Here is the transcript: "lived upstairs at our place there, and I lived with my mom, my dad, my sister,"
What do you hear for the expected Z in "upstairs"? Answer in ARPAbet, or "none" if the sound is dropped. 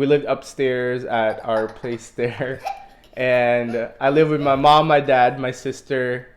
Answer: Z